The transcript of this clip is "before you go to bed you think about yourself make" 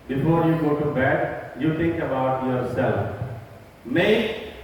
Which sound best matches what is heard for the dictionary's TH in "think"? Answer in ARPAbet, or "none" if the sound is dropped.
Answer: T